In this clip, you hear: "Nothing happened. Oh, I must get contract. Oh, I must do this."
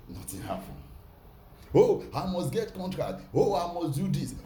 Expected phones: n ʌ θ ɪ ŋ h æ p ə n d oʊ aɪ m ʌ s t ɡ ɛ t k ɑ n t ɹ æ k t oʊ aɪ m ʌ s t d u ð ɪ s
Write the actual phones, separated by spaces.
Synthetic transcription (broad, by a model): n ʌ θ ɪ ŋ h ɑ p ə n oʊ aɪ m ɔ s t ɡ ɛ t k ɑ n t ɹ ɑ k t oʊ aɪ m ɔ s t d u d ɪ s